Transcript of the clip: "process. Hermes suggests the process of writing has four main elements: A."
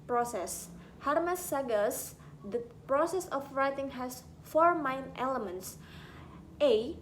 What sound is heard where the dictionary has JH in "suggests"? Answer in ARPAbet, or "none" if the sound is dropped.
none